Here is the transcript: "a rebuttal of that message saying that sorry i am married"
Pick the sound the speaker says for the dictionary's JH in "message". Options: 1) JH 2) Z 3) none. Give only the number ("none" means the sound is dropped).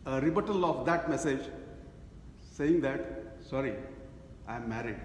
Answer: 1